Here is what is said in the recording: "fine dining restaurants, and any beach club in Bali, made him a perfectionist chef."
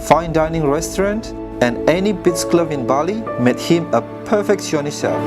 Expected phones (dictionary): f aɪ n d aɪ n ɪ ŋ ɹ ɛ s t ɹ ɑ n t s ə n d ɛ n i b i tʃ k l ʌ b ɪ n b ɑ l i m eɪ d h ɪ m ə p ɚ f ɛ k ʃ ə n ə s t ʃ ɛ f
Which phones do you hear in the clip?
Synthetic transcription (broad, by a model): f aɪ n d aɪ n ɪ ŋ ɹ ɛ s t ɹ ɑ n t ə n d ɛ n i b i s k l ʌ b ɪ n b ɑ l i m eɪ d h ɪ m ə p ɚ f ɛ k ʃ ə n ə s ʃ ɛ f